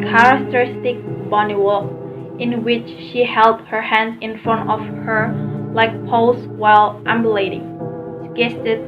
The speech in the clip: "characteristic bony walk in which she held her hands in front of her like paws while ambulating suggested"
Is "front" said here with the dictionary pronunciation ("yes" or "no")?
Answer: yes